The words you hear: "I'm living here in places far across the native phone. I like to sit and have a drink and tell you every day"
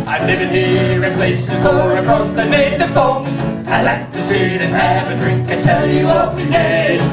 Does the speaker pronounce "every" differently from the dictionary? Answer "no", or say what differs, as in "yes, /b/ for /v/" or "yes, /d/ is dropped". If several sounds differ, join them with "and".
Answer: yes, /ɹ/ is dropped